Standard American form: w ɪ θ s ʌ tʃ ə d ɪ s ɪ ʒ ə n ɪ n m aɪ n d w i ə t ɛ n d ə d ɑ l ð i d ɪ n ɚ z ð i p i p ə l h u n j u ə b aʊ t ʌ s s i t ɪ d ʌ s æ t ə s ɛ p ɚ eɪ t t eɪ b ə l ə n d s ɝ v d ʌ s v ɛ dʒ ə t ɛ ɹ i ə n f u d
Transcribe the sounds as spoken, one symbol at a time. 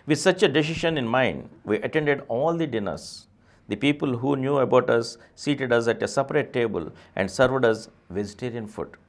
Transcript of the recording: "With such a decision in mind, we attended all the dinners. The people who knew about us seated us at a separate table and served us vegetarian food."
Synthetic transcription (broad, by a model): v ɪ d s ʌ tʃ ə d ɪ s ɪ ʃ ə n ɪ n m aɪ n d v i ə t ɛ n d ə d ɑ l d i d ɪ n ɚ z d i p i p ə l h u n j u ə b aʊ t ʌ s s i t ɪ d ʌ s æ t ə s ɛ p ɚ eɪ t t eɪ b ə l ə n d s ɝ v d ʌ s v ɛ dʒ ə t ɛ ɹ i ə n f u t